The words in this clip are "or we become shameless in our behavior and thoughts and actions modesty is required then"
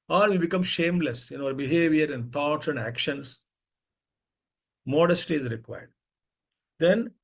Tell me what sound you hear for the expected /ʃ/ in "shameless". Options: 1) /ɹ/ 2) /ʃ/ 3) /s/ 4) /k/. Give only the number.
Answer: 2